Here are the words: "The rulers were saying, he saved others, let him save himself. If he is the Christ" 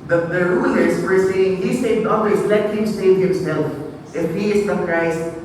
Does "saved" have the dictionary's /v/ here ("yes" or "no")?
no